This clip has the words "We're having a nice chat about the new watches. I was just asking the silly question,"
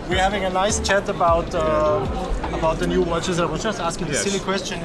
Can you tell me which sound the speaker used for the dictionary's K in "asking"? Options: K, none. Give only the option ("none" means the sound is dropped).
K